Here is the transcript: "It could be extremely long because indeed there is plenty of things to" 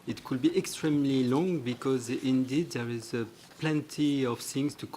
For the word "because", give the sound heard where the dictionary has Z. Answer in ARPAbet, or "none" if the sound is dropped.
Z